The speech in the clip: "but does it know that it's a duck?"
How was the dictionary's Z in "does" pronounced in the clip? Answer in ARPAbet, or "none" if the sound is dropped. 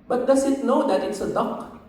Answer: S